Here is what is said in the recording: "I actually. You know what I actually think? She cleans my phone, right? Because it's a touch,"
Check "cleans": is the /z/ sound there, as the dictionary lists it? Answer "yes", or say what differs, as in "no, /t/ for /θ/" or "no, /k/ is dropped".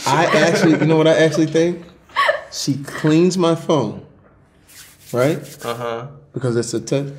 yes